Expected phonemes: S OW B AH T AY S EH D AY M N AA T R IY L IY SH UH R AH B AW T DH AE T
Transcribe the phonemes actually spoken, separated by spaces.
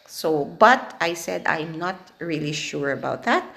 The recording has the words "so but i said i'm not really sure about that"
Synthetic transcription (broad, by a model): S OW B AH T AY S EH D AY M N AA T R IY L IY SH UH R AH B AW T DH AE T